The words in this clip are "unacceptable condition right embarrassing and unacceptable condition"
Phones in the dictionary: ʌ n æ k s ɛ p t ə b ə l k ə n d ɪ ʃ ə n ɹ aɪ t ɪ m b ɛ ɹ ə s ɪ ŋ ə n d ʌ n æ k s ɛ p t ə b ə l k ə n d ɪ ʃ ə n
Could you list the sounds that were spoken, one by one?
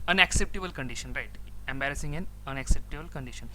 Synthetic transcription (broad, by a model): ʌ n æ k s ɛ p t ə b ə l k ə n d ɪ ʃ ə n ɹ aɪ t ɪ m b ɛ ɹ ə s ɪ ŋ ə n ʌ n æ k s ɛ p t ə b ə l k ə n d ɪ ʃ ə n